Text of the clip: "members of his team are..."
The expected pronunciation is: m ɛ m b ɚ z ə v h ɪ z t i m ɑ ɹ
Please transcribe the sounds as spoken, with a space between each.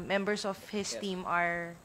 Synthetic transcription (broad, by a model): m ɛ m b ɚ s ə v h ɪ s t i m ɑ ɹ